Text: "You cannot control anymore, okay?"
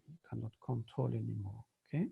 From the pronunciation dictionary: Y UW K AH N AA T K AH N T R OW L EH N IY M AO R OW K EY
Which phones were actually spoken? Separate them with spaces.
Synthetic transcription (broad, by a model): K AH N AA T K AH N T OW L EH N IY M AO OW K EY